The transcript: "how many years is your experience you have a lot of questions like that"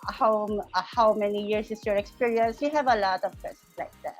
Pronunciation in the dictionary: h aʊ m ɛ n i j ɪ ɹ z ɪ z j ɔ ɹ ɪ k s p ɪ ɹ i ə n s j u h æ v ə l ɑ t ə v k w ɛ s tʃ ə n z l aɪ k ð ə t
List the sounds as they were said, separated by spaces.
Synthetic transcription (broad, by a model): h aʊ m ɛ n i j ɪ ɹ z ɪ s j ɔ ɹ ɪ k s p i ɹ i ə n s j u h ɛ v ə l ɑ t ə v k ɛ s ə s l aɪ k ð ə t